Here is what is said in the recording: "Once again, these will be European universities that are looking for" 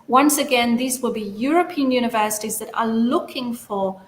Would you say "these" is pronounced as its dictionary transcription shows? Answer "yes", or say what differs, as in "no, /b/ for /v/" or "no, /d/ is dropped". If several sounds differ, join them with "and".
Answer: yes